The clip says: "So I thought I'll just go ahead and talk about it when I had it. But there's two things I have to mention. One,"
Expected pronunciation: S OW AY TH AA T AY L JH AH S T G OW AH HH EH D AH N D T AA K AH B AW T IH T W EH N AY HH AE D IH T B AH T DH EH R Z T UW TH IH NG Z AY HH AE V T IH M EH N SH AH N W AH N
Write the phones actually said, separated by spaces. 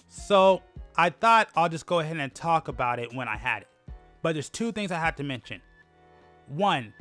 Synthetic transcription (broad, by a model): S OW AY TH AA T AY L JH AH S G OW AH HH EH D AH N T AA K AH B AW T IH T W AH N AY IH D IH T B AH T DH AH R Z T UW TH IH NG Z AY HH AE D T IH M EH N SH AH N W AH N